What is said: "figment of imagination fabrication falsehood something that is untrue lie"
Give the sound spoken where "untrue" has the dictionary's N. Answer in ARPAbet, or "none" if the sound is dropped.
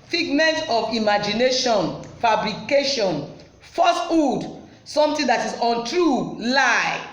N